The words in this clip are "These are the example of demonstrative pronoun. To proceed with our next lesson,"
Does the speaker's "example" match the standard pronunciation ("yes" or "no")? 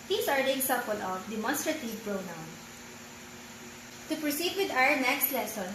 no